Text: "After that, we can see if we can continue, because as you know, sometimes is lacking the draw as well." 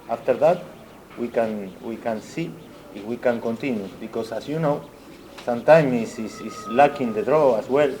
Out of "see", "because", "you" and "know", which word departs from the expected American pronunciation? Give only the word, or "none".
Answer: because